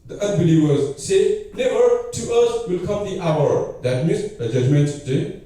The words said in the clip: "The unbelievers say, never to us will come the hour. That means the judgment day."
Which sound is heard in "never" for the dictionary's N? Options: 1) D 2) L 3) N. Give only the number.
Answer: 2